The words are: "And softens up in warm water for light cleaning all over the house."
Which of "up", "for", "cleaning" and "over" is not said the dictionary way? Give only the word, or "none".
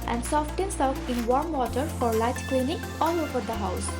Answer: up